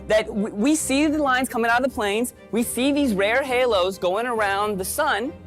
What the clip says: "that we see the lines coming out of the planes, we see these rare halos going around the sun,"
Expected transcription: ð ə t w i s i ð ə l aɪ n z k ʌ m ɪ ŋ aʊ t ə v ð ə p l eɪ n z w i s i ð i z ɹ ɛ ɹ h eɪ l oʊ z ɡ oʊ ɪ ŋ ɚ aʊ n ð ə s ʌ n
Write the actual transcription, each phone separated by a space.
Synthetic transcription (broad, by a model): ð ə t w i s i ð ə l aɪ n z k ʌ m ɪ ŋ aʊ t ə ð ə p l eɪ n z w i s i ð i z ɹ ɛ ɹ h eɪ l oʊ z ɡ oʊ ɪ ŋ ɚ aʊ n ð ə s ʌ n